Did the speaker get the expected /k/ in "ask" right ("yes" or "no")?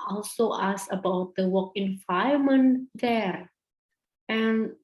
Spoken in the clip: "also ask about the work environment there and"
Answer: no